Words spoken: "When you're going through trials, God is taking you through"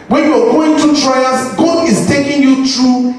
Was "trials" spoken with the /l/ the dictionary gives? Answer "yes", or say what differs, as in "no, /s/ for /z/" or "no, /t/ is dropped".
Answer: no, /l/ is dropped